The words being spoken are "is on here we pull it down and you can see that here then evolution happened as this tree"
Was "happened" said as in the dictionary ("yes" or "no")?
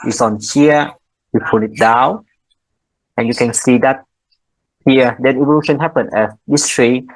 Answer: no